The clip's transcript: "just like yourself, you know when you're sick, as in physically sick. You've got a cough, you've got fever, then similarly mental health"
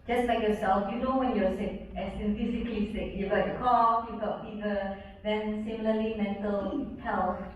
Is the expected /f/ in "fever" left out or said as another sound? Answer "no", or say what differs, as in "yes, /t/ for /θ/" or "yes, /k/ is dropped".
yes, /p/ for /f/